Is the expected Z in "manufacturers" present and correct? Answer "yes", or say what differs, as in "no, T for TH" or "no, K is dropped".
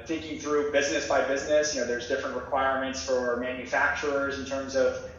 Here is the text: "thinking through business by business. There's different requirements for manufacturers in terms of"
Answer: yes